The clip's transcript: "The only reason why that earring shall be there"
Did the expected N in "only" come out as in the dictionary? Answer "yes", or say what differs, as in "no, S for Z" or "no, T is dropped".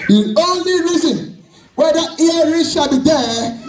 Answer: yes